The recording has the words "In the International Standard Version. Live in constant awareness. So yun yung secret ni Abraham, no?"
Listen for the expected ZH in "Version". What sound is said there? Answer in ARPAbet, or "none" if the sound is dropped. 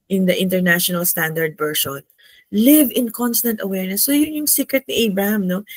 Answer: SH